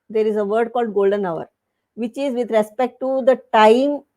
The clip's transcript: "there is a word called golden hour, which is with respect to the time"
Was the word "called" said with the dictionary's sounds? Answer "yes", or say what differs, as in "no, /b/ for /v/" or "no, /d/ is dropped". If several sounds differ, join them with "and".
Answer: yes